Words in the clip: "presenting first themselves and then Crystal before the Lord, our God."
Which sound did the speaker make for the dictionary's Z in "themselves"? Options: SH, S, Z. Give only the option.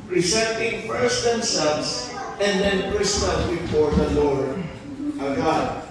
S